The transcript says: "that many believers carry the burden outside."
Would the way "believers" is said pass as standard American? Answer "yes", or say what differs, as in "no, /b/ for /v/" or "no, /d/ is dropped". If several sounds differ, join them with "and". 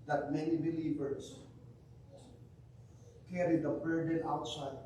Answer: no, /s/ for /z/